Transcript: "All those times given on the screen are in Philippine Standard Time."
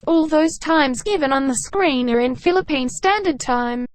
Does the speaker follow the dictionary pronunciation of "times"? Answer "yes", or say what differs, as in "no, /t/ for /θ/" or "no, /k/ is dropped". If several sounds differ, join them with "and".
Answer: yes